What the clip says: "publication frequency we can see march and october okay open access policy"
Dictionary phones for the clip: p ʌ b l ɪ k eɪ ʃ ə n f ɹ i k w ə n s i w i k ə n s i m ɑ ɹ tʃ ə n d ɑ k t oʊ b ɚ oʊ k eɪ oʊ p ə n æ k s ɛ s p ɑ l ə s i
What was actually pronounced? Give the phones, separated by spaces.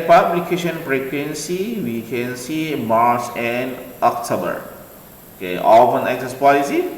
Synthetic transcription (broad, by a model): p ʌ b l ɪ k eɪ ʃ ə n p ɹ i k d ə n s i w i k ə n s i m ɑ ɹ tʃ ə n d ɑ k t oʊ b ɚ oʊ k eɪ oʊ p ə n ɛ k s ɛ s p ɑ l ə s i